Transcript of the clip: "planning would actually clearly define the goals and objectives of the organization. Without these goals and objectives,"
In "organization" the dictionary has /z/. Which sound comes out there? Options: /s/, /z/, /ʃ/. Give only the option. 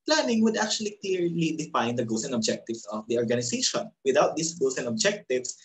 /s/